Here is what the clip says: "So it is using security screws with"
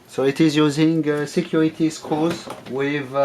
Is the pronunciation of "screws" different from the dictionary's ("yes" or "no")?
yes